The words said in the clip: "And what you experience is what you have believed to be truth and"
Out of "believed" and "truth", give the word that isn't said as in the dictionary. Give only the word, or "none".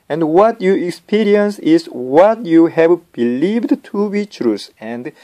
truth